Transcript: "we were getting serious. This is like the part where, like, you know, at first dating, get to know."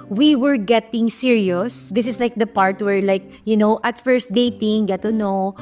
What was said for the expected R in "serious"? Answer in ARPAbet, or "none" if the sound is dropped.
R